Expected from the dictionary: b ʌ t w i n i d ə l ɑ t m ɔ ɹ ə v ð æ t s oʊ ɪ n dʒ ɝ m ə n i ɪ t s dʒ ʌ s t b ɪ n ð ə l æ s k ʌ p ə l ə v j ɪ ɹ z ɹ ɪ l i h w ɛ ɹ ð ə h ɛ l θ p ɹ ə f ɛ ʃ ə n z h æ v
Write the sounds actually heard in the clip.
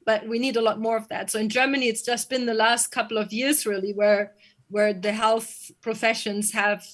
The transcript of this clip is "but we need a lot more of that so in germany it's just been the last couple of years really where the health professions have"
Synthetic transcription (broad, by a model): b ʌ t w i n i d ə l ɑ t m ɔ ɹ ə v ð æ t s oʊ ɪ n dʒ ɝ m ə n i ɪ t s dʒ ʌ s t b ɪ n ð ə l æ s k ʌ p l ə v j ɪ ɹ z ɹ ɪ l i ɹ w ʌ ɹ ð ə h ɛ l θ p ɹ ə f ɛ ʃ ə n z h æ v